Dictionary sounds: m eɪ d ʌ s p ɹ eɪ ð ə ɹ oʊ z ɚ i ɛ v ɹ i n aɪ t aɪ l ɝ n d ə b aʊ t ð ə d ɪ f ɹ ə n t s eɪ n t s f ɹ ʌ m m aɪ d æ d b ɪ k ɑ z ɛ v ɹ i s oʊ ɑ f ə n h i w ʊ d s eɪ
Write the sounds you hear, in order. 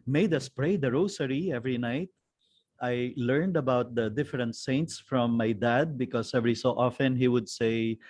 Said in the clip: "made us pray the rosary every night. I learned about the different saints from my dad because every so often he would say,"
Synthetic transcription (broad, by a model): m eɪ d ʌ s p ɹ eɪ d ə ɹ oʊ s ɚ i ɛ v ɹ i n aɪ t aɪ l ɝ n d ə b aʊ t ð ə d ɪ f ɹ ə n t s eɪ n t s f ɹ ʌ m m aɪ d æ d b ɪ k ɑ s ɛ v ɹ i s oʊ ɑ f ə n h i w ʊ d s eɪ